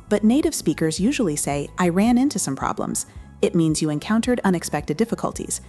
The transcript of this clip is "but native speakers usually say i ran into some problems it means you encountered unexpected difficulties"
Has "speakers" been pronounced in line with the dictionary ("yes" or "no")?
yes